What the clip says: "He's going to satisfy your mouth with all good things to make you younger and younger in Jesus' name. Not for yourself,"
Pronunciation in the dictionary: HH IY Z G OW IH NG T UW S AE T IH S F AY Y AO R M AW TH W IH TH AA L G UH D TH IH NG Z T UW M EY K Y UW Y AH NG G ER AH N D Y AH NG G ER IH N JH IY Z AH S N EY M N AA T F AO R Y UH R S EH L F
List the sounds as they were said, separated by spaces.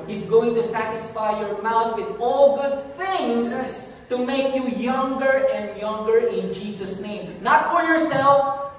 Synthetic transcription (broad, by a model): HH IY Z G OW IH NG T UW S AE T IH S F AY Y AO R M AW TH W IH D AA L G UH D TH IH NG S T UW M EY K Y UW Y AH NG G ER AH N D Y AH NG G ER IH N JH IY S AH S N EY M N AA T F AO R Y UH R S EH L F